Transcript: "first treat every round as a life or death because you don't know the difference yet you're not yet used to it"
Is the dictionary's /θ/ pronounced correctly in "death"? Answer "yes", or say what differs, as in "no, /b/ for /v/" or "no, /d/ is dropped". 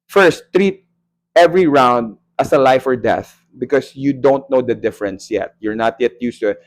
yes